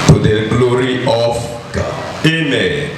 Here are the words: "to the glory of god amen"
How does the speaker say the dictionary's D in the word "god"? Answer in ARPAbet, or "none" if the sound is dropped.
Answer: none